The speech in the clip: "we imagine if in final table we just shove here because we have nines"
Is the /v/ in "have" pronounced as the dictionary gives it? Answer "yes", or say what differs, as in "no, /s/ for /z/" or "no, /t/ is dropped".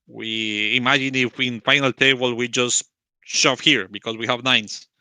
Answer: yes